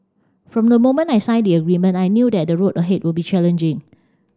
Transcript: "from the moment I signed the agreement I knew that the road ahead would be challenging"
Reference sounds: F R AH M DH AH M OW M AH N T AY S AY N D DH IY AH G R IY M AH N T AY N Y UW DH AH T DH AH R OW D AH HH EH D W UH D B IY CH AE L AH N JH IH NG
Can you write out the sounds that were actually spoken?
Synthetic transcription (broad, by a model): F R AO M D AH M OW M AH N AY S AY N D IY AH G R IY M AH N T AY N Y UW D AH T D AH R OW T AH HH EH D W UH B IY CH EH L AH N JH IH NG